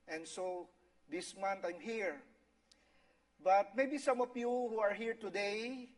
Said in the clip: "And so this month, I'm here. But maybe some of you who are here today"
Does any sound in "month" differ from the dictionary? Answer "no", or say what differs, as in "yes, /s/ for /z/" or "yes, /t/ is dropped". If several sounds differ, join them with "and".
yes, /t/ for /θ/